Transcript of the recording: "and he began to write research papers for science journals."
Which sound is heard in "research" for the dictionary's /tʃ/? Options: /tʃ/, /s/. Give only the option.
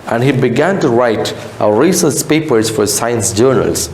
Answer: /s/